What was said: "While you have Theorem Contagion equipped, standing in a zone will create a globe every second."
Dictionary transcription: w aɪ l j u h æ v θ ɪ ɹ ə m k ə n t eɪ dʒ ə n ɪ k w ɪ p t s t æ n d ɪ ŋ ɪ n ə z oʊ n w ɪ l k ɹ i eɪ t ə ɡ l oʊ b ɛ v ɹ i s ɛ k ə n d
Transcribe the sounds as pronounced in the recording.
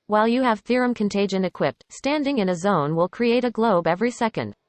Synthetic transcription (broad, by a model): w aɪ l j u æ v θ ɪ ɹ ə m k ə n t eɪ dʒ ə n ɪ k w ɪ p t s t æ n d ɪ ŋ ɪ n ə z oʊ n w ɪ l k ɹ i eɪ t ə ɡ l oʊ b ɛ v ɹ i s ɛ k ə n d